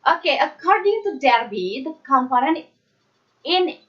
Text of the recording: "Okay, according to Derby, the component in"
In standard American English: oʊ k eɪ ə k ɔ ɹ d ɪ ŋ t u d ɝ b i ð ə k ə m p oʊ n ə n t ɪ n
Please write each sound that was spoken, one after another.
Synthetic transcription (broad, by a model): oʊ k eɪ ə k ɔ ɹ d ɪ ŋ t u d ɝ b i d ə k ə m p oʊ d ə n ɪ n